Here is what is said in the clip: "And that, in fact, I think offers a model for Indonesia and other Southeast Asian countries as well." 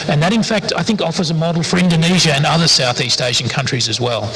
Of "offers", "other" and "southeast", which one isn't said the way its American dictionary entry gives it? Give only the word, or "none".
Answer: none